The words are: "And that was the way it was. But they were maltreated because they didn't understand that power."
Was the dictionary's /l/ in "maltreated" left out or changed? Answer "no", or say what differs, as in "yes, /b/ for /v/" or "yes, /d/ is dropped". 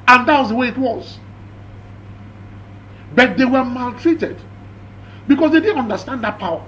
no